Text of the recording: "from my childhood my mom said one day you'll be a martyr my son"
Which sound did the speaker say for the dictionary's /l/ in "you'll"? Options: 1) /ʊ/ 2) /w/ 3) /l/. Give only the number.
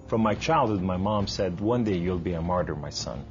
3